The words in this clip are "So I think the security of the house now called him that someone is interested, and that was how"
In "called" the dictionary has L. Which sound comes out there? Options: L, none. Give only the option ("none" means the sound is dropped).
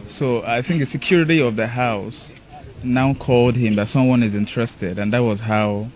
L